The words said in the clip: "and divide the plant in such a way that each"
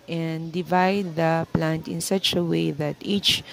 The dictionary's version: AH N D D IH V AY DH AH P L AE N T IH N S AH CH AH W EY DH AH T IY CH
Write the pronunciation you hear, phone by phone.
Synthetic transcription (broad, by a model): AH N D D IH V AY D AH P L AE N T IH N S AH CH AH W EY DH AH T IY CH